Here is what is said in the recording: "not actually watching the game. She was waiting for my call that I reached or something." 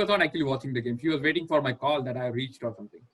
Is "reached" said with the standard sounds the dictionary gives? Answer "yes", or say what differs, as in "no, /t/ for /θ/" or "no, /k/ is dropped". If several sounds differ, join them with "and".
yes